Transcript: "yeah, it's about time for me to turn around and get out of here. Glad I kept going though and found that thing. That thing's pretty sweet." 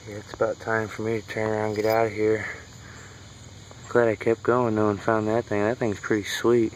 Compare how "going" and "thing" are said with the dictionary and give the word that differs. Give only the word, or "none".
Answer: none